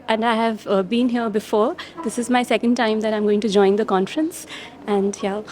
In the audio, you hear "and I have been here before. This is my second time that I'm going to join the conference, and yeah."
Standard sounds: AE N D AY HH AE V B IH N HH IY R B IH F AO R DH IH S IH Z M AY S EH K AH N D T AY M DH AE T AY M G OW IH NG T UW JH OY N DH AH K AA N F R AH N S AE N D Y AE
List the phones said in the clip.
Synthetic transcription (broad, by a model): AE N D AY HH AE V B IH N HH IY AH B IH F AO R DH IH S IH Z M AY S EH K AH N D T AY M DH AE T AY M G OW IH NG T UW JH OY N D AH K AA N F R AH N S AE N D Y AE